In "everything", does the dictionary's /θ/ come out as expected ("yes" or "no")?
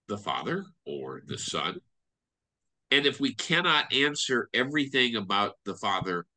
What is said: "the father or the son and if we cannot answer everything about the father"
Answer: yes